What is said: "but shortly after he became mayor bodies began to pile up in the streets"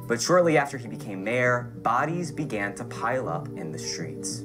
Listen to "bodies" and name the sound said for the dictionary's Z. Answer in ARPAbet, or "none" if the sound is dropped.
Z